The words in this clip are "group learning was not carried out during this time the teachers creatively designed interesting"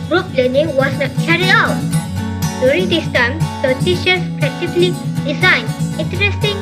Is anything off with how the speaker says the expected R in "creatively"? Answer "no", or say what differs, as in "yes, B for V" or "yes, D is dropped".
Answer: yes, R is dropped